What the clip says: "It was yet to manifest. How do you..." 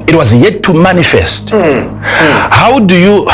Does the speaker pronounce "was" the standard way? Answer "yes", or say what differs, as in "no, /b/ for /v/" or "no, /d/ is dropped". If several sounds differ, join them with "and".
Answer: yes